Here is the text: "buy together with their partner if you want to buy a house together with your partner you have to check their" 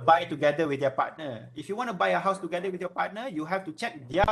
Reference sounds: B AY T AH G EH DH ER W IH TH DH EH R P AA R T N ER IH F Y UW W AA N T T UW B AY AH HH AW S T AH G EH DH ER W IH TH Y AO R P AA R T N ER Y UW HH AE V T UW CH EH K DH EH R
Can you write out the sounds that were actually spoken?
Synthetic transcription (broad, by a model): B AY T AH G EH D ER W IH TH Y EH P AA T N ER IH F Y UW W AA N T T UW B AY AH HH AW S T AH G EH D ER W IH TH Y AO P AA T N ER Y UW HH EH F T UW CH EH K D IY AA